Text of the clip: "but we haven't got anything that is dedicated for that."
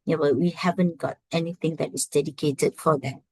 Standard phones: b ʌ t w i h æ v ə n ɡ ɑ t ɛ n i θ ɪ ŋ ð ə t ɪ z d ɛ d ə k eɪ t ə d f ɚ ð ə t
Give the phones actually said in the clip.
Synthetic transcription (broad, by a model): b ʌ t w i h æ v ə n ɡ ɑ t ɛ n i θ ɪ ŋ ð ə t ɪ s d ɛ d ə k eɪ t ə d f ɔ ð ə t